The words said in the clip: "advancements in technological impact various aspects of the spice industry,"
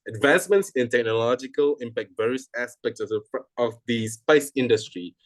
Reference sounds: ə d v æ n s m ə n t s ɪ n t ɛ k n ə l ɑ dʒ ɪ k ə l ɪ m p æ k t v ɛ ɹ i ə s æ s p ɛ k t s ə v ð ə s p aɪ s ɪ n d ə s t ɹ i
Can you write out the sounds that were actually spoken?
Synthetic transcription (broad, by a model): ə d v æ n s m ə n t s ɪ n t ɛ k n ə l ɑ dʒ ɪ k ə l ɪ m p æ k t v ɛ ɹ i ə s æ s p ɛ k t s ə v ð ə s p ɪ s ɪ n d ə s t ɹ i